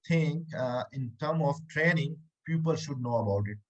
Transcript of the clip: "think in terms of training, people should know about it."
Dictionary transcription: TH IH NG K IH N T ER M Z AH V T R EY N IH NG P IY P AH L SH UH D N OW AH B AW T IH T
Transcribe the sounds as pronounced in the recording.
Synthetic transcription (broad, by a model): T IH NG IH N T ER M AH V T R EY N IH NG P IY P AH L SH UH D N OW AH B AW T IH T